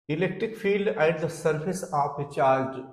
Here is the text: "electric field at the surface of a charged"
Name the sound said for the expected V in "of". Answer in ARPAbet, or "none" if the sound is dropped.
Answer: P